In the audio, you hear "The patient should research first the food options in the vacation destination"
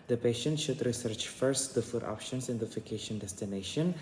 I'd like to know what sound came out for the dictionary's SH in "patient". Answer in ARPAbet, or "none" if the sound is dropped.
SH